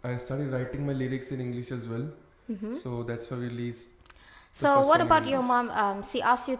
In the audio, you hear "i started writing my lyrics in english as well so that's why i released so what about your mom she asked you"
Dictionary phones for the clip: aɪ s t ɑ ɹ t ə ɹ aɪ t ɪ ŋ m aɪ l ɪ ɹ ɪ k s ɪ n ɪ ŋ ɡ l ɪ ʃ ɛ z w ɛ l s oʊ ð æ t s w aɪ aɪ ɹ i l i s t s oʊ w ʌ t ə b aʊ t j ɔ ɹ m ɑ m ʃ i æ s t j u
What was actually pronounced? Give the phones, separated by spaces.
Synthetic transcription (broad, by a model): aɪ s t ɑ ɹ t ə ɹ aɪ t ɪ ŋ m aɪ l ɪ ɹ ɪ k s ɪ n ɪ ŋ ɡ l ɪ ʃ ɛ z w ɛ l s oʊ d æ t s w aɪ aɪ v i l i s s oʊ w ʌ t ə b aʊ t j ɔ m m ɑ m s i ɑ s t j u